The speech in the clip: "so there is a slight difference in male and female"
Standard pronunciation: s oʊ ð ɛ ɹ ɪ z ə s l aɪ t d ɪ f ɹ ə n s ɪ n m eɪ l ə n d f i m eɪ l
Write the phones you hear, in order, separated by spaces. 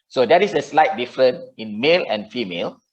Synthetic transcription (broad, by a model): s oʊ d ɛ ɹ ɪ s ə s l aɪ t d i f ɹ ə n ɪ n m eɪ l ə n f i m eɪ l